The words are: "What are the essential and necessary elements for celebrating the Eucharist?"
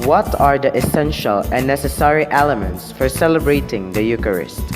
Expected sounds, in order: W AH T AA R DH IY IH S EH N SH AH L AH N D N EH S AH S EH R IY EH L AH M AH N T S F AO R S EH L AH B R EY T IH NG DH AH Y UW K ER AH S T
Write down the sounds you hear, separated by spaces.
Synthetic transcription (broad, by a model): W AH T AA R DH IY IH S EH N SH AH L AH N N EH S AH S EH R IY EH L AH M AH N T S F AO R S EH L AH B R EY T IH NG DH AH Y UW K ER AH S T